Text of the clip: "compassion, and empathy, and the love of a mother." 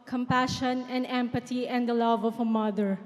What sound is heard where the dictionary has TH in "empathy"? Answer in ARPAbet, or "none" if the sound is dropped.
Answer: T